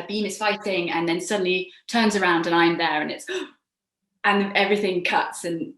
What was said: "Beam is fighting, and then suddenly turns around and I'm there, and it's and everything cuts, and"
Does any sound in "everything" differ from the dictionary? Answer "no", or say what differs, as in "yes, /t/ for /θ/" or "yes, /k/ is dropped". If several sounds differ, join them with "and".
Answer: no